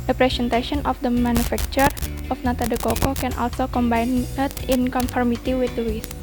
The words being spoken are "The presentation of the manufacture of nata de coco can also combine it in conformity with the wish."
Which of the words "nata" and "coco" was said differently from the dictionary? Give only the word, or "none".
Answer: none